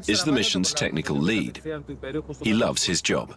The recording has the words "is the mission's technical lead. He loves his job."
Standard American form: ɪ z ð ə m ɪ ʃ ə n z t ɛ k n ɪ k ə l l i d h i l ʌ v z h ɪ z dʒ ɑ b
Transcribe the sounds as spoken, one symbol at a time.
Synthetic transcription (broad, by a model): ɪ z ð ə m ɪ ʃ ə n z t ɛ k n ɪ k ə l l i d h i l ʌ v z h ɪ z dʒ ɑ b